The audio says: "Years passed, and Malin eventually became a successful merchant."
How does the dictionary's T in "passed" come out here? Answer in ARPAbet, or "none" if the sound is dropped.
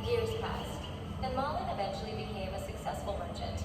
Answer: T